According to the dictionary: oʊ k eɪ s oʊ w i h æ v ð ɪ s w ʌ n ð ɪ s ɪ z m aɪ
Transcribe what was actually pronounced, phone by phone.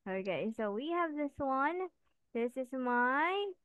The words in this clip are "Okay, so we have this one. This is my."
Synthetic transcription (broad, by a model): oʊ k eɪ s oʊ w i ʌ v ð ɪ s w ʌ n ð ɪ s ɪ z m aɪ